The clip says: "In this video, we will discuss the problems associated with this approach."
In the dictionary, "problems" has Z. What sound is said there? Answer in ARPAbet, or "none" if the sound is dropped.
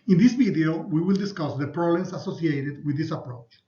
S